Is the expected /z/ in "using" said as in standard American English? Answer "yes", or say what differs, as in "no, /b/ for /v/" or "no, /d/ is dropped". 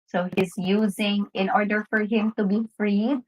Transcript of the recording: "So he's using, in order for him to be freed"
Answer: yes